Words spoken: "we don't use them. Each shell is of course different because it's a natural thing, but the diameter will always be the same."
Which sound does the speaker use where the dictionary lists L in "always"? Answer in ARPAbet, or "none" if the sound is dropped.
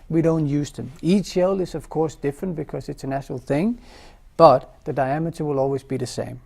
L